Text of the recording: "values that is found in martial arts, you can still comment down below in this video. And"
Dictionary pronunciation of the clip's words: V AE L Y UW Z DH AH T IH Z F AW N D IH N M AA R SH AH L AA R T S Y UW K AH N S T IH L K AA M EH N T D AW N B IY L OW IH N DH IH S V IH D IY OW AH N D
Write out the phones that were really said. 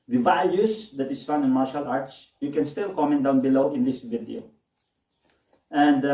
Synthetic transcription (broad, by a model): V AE L Y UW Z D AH T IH S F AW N IH N M AA R SH AH L AA R T S Y UW K AH N S T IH L K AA M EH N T D AW N B IY L OW IH N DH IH S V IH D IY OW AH N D